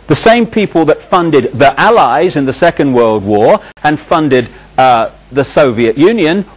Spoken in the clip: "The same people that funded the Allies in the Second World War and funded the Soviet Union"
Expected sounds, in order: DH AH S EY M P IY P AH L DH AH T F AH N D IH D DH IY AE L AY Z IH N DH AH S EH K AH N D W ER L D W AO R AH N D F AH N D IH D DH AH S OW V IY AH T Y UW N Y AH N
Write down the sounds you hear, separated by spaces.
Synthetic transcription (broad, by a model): DH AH S EY M P IY P AH L DH AH T F AH N D IH D DH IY AE L AY Z IH N DH AH S EH K AH N D W ER L D W AO R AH N F AH N D IH D DH AH S OW V IY AH T Y UW N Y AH N